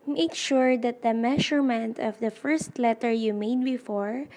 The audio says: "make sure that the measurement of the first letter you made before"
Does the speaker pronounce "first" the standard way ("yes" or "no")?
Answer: yes